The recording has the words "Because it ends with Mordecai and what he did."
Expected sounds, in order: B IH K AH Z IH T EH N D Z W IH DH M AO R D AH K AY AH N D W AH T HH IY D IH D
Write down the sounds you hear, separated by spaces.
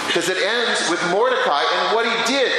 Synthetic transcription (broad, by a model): K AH Z IH T EH N D Z W IH DH M AO R D AH K AY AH N W AH T HH IY D IH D